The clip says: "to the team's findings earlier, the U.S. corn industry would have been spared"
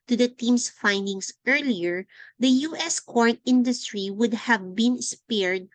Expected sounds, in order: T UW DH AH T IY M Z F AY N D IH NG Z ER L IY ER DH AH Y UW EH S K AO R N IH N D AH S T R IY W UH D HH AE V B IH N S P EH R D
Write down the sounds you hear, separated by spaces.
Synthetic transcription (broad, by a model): T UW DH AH T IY M S F AY N D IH NG S ER L IY ER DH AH Y UW EH S K AO R N IH N D AH S T R IY W UH D HH AE V B IH N S P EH R D